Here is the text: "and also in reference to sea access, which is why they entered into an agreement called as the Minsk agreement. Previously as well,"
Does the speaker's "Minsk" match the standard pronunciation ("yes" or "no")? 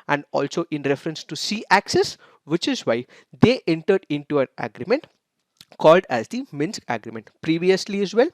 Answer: yes